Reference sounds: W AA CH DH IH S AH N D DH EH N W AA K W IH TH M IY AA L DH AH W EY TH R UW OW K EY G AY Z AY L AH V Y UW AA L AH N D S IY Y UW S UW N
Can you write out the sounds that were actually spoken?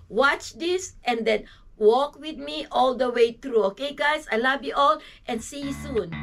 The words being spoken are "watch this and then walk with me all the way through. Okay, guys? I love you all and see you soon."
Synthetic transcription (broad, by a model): W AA CH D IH S AH N D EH N W AA K W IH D M IY AA L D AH W EY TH R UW OW K EY G AY S AY L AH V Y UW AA L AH N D S IY Y UW S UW N